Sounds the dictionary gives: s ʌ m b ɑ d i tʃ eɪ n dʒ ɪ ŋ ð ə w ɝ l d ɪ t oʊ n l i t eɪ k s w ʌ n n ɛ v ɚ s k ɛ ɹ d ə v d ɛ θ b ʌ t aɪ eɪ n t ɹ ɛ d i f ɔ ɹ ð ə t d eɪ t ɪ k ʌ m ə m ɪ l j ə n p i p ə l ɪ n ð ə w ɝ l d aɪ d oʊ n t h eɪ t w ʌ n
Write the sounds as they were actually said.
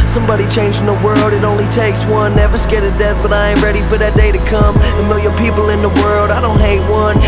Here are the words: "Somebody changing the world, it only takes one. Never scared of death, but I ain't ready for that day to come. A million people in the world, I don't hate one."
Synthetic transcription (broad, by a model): s ʌ m b ɑ d i tʃ eɪ n dʒ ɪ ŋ ð ə w ɝ l d ɪ t oʊ n l i t eɪ k s w ʌ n n ɛ v ɚ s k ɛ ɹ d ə d ɛ θ b ʌ t aɪ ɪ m ɹ ɛ d i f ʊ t ð ə t d eɪ t ɪ k ʌ m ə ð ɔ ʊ j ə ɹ p i p l ɪ n ð ə w ɝ l d aɪ d oʊ n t h eɪ t w ʌ n